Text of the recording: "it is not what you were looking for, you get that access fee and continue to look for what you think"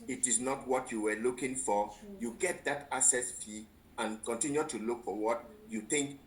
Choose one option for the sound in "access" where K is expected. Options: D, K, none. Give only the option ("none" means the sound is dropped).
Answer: none